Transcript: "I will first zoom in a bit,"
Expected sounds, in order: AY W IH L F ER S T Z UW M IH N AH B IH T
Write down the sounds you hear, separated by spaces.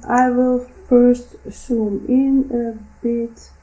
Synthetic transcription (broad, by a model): AY W IH L F ER S T S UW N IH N AH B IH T